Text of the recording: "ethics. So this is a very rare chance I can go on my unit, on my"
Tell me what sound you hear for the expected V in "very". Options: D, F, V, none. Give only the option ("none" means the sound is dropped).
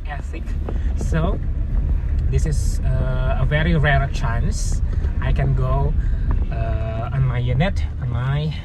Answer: V